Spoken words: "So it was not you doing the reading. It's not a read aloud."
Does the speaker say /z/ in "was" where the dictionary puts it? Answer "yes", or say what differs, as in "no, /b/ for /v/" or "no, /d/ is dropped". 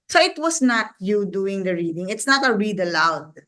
no, /s/ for /z/